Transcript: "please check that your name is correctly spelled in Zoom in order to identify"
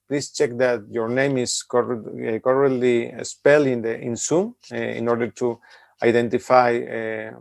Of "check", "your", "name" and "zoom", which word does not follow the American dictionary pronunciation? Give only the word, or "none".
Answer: zoom